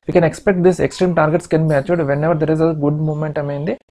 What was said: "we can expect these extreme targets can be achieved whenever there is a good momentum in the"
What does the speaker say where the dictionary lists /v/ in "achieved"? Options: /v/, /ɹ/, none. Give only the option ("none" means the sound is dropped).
none